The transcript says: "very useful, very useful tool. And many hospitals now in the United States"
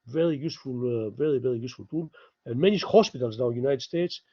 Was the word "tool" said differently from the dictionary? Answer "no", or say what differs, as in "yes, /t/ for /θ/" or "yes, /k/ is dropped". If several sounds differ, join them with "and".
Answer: yes, /n/ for /l/